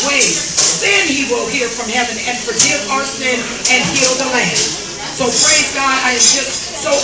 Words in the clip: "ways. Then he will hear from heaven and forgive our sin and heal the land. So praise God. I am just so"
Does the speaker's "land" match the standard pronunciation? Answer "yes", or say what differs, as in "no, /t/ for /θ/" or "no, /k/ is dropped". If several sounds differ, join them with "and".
yes